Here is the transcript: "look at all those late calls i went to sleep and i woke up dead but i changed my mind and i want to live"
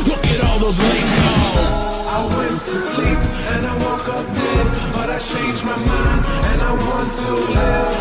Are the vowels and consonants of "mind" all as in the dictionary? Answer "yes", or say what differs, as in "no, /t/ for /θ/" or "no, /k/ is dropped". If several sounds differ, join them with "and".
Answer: no, /d/ is dropped